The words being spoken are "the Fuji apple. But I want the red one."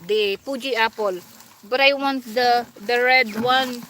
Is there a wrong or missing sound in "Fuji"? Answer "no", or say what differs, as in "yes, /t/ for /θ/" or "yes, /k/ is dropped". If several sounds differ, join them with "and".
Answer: yes, /p/ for /f/